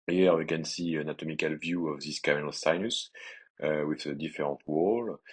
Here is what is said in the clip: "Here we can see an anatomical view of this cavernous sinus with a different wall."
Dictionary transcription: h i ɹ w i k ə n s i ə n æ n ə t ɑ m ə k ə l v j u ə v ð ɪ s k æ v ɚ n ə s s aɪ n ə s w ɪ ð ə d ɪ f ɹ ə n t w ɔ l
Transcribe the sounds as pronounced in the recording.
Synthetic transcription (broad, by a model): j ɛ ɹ w i k ə n s i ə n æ n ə t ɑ m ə k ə l v j u ə v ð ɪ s k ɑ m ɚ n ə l s aɪ n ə s w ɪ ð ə d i f ɹ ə t w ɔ l